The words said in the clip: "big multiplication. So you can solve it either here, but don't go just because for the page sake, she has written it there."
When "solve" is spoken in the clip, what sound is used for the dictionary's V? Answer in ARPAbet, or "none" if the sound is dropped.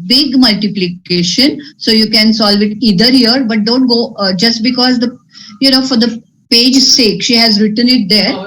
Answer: V